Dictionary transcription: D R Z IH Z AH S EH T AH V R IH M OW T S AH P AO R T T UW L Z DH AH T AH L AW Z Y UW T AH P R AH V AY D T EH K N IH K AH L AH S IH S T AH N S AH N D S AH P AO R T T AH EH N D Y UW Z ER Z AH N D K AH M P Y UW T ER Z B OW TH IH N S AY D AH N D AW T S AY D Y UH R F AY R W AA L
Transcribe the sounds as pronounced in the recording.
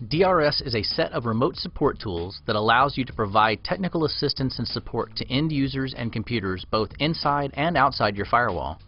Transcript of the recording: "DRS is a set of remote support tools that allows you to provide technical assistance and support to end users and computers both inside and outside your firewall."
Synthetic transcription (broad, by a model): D R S IH Z AH S EH T AH V R IH M OW T S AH P AO R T T UW L Z DH AH T AH L AW Z Y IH T AH P R AH V AY D T EH K N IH K L AH S IH S T AH N S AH N S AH P AO R T T EH N D Y UW Z ER Z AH N K AH M P Y UW T ER Z B OW TH IH N S AY D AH N AW T S AY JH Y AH R F AY R W AA L